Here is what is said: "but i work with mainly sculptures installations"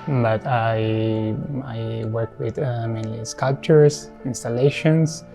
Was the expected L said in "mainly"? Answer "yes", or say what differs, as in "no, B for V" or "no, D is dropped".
no, L is dropped